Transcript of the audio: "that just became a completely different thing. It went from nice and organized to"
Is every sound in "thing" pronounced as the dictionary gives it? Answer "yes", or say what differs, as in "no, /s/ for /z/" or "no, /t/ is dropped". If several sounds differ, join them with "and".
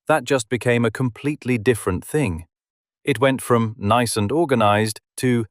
yes